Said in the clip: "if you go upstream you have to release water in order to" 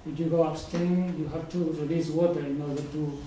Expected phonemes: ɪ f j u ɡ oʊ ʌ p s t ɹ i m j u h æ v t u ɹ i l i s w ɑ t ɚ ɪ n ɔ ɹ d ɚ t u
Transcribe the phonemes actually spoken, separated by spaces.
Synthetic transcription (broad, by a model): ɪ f j u ɡ oʊ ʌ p s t i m j u h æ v t u ɹ i l i s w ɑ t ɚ ɪ n ɔ ɹ d ɚ t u